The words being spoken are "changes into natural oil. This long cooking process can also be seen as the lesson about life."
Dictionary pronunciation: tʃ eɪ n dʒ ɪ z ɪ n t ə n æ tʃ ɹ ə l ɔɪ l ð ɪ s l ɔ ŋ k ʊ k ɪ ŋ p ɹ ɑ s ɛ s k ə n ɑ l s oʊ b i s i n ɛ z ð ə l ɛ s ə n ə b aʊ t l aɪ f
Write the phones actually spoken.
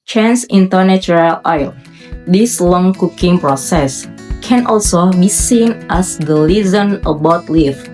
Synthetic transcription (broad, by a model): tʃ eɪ n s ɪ ɪ n t ə n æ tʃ ɹ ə l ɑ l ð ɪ s l ɔ ŋ k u k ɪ ŋ p ɹ ɑ s ɛ s k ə n ɑ l s oʊ b i s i n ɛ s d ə l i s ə n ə b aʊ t l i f